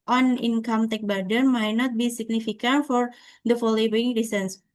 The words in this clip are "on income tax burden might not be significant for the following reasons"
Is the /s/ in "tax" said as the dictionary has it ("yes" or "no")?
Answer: no